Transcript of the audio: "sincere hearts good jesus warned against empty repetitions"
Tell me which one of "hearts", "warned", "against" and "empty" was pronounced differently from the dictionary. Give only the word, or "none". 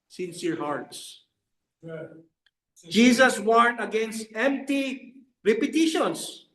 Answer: warned